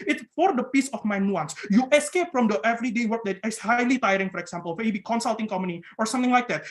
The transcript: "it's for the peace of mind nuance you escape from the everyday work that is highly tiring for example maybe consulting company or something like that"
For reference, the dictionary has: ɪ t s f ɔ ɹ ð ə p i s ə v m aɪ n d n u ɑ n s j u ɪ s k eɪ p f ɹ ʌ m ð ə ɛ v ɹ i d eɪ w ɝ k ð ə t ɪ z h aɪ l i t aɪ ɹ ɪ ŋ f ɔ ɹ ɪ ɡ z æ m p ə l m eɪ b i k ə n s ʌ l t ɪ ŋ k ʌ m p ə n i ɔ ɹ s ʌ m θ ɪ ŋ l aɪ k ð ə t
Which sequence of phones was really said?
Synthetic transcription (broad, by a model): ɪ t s f ɔ ɹ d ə p i s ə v m aɪ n n u ɑ n s j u ɪ s k eɪ p f ɹ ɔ m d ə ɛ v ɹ i d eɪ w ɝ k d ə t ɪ s h aɪ l i t aɪ ɹ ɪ ŋ f ɔ ɹ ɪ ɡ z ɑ m p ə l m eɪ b i k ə n s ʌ l t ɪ ŋ k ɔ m ə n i ɔ ɹ s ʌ m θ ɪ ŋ l aɪ k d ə t